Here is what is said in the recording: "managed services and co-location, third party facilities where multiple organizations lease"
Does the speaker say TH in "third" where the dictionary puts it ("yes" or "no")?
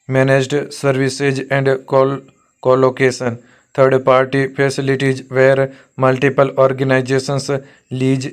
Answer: no